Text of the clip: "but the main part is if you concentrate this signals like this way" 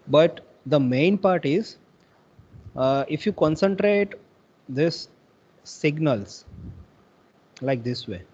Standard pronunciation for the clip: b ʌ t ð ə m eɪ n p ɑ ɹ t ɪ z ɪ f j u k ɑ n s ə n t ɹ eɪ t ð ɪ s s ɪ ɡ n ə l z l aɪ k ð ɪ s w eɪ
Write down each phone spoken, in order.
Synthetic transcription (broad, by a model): b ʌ t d ə m eɪ n p ɑ ɹ t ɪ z ɪ f j u k ɑ n s ə n t ɹ eɪ t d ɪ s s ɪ ɡ n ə l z l aɪ k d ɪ s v eɪ